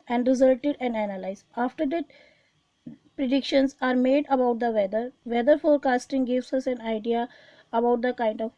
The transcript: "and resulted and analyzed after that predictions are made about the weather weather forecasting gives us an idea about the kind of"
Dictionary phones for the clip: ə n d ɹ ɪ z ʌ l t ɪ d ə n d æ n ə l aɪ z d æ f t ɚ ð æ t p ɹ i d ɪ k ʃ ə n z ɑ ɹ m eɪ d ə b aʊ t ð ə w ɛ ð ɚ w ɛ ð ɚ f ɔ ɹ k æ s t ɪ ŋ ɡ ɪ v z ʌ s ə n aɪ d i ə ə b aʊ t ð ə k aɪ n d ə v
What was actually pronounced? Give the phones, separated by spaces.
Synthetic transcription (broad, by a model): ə n d ɹ ɪ z ʌ l t ɪ d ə n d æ n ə l aɪ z ɑ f t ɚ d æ t p ɹ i d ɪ k ʃ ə n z ɑ ɹ m eɪ d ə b aʊ t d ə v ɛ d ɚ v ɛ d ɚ f ɔ ɹ k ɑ s t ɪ ŋ ɡ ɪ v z ʌ s ə n aɪ d i ə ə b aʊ t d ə k aɪ n d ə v